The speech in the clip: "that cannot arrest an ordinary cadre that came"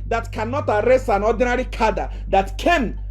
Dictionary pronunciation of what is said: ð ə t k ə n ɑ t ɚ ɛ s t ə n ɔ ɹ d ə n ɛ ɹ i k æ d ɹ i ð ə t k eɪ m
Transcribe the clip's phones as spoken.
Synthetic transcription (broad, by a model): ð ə t k ə n ɑ t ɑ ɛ s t ə n ɔ d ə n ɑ ɹ i k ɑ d i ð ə t k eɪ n